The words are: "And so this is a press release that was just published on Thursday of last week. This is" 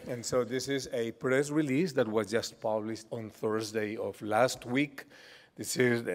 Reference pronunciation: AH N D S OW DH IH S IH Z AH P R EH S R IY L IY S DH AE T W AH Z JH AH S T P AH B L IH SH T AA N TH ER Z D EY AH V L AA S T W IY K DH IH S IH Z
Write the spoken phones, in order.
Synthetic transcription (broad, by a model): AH N S OW DH IH S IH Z AH P R EH S R IY L IY S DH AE T W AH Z JH AH S T P AH B L IH SH T AA N TH ER Z D EY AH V L AA S T W IY K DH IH S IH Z